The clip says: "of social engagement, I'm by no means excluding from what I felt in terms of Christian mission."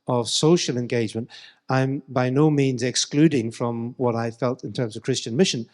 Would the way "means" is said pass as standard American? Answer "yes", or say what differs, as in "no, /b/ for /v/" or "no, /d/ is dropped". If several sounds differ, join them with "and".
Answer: yes